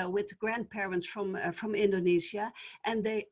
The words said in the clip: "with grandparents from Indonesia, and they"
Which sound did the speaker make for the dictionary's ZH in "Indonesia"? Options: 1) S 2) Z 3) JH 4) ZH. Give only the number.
2